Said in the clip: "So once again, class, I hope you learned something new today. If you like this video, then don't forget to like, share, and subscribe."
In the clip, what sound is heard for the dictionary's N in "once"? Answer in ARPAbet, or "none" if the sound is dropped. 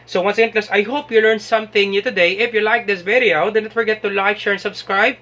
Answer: N